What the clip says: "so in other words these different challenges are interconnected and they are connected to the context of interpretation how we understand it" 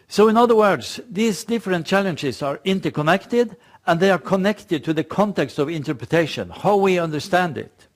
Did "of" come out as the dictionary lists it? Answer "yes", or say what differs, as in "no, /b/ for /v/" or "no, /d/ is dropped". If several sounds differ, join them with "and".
yes